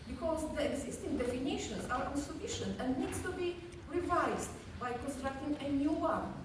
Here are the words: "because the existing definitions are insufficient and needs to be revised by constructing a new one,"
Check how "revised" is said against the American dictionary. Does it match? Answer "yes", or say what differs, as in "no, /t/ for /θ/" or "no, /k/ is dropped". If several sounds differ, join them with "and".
yes